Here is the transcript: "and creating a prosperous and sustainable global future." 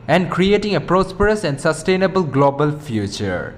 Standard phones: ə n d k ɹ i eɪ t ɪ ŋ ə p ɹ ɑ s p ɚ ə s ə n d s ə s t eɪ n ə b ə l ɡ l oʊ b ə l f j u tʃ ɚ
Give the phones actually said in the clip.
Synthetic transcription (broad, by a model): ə n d k ɹ i eɪ t ɪ ŋ ə p ɹ ɑ s p ɚ ə s ə n d s ə s t eɪ n ə b ə l ɡ l oʊ b ə l f j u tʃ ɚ